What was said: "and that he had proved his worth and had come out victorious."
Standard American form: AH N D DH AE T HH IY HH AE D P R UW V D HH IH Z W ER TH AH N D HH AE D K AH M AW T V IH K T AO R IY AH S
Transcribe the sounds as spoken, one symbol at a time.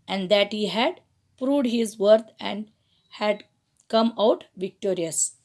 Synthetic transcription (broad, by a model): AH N D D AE T HH IY HH AE D P R UW V D HH IH Z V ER T AH N D HH AE D K AH M AW T V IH K T AO R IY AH S